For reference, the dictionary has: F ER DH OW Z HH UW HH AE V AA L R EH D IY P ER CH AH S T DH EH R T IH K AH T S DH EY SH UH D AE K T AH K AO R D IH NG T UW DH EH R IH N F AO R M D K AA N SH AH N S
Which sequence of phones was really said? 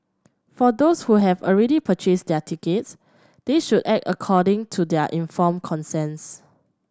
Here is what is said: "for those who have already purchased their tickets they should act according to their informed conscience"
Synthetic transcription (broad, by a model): F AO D OW S HH UW HH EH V AA L R EH D IY P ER CH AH S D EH T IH K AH T S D EY SH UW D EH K T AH K AO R D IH NG T UW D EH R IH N F AO M K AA N S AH N S